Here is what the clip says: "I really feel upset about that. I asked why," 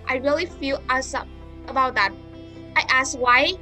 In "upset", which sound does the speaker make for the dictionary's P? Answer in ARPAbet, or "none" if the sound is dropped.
none